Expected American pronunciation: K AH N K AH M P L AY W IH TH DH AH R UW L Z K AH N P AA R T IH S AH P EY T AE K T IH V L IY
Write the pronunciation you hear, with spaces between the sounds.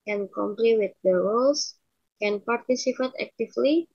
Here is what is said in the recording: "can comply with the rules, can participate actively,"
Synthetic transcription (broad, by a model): K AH N K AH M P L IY W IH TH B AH W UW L S K AH N P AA R T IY S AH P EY T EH K T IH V L IY